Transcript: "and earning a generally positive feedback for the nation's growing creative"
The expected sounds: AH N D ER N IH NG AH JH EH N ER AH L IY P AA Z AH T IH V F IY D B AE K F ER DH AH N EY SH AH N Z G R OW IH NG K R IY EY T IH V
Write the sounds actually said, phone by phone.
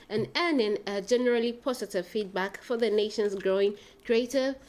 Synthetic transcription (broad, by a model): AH N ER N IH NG AH JH EH N ER AH L IY P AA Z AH T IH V F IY D B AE K F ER DH AH N EY SH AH N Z G R OW IH NG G R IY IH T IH